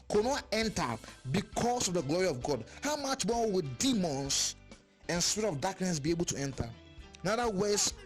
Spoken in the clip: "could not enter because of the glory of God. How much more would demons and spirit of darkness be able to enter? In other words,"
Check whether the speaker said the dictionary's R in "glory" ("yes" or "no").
yes